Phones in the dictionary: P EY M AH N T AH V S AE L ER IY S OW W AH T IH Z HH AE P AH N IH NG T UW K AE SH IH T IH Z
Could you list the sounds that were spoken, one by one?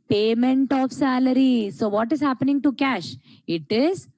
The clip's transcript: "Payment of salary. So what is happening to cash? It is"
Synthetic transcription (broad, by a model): P EY M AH N T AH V S AE L ER IY S OW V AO T IH Z HH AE P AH N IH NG T UW K AE SH IH T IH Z